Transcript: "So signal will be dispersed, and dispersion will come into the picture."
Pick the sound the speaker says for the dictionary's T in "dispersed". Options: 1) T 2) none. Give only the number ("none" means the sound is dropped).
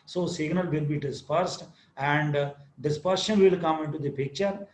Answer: 1